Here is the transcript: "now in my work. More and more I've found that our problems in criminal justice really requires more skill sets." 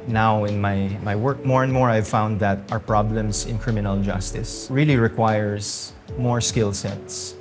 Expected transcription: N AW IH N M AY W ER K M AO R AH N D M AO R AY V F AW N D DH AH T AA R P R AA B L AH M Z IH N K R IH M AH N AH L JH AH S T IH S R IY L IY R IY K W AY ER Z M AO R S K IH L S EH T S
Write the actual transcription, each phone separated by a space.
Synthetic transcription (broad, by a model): N AW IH N M AY W ER K M AO R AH N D M AO R AY V F AW N D DH AH T AA R P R AA B L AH M S IH N K R IH M AH N AH L JH AH S T IH S R IY L IY R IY K W AY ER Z M AO R S K IH L S EH T S